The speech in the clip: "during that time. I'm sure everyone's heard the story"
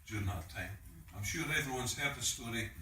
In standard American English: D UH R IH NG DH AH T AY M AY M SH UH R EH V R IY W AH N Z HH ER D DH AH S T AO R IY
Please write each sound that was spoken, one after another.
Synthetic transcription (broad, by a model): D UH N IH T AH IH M AY M SH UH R EH V R IY W AH N Z HH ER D DH AH S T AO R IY